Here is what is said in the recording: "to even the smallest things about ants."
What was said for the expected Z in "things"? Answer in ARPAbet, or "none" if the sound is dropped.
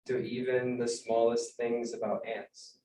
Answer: Z